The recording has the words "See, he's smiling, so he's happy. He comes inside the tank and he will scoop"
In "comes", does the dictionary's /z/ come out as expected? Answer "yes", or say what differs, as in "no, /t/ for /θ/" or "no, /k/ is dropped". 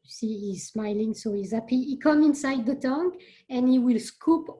no, /z/ is dropped